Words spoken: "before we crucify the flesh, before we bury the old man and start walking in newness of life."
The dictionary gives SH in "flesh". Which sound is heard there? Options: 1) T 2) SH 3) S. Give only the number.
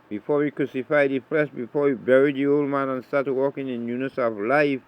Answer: 3